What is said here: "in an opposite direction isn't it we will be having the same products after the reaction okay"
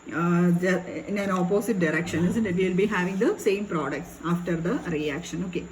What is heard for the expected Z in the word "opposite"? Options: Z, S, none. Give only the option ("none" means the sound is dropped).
S